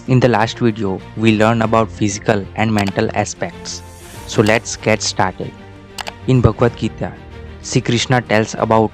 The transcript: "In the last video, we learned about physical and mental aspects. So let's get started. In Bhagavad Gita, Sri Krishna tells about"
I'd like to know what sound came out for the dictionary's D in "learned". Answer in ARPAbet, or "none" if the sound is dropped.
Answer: none